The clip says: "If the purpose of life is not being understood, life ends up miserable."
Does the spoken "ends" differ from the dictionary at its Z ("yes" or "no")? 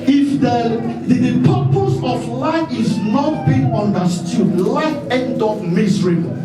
yes